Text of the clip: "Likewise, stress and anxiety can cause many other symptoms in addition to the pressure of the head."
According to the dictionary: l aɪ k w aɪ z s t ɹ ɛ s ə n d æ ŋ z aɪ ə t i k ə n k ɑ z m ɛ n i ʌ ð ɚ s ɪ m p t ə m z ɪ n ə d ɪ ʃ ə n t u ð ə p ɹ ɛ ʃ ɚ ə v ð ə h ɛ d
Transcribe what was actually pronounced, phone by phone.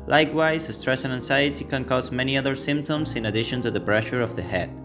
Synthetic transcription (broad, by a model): l aɪ k w aɪ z s t ɹ ɛ s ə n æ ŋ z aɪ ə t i k ə n k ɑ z m ɛ n i ʌ ð ɚ s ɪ m p t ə m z ɪ n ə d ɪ ʃ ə n t u ð ə b ɹ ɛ ʃ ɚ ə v ð ə h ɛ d